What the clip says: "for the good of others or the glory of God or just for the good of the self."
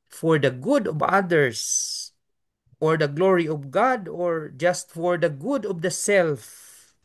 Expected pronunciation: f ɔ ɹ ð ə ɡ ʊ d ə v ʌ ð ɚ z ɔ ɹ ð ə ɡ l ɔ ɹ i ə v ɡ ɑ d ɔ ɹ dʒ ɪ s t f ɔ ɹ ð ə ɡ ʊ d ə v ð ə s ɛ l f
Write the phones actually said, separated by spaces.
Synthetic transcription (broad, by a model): f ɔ ɹ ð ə ɡ ʊ d ə v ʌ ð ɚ s ɔ ɹ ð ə ɡ l ɔ ɹ i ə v ɡ ɑ d ɔ ɹ dʒ ɪ s t f ɔ ɹ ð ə ɡ ʊ d ə v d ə s ɛ l f